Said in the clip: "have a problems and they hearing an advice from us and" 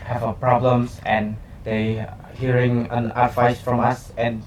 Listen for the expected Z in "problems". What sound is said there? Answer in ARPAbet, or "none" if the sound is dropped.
S